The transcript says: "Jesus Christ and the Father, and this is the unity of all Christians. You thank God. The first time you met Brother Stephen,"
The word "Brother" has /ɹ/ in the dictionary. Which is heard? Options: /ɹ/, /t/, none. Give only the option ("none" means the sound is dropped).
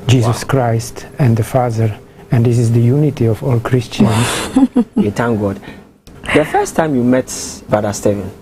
none